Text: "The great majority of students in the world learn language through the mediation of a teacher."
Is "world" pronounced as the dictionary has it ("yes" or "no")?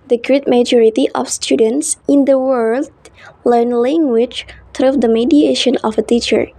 yes